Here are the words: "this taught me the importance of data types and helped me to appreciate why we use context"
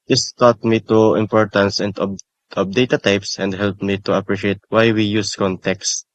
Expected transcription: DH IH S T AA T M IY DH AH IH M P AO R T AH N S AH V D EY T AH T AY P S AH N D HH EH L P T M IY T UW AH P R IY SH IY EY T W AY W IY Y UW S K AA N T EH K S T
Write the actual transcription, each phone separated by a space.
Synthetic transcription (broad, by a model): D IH S T AA T M IY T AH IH M P AO R T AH N S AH P D EY T AH T AY P S AH N D HH EH L P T M IY T UW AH P R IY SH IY EY T W AY W IY Y UW S K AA N T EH K S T